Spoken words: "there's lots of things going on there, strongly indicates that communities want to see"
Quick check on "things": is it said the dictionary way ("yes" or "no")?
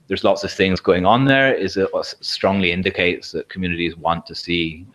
yes